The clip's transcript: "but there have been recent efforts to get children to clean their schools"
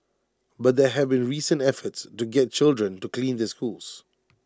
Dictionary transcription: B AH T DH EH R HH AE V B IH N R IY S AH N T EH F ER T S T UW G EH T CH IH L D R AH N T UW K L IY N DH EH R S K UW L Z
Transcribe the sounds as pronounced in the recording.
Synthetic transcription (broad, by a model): B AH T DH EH HH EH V B IH N R IY S AH N T EH F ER T S T UW G EH T CH IH L D R AH N T UW K L IY N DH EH S K UW L S